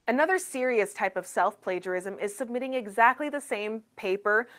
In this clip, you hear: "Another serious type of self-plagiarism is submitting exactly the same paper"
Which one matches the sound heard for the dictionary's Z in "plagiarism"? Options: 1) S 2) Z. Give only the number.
2